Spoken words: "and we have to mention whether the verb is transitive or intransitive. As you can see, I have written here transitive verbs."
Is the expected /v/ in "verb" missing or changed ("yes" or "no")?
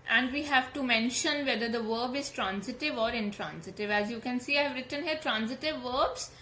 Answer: no